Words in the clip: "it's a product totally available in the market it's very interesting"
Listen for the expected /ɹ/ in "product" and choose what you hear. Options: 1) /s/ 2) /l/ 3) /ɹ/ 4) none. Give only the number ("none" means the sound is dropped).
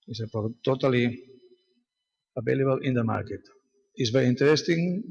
4